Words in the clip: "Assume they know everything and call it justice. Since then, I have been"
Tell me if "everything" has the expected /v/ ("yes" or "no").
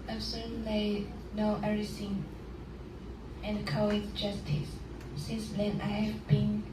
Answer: no